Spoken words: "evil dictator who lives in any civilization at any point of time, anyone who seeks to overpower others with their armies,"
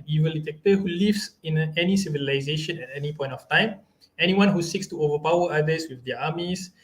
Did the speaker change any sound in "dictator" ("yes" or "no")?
yes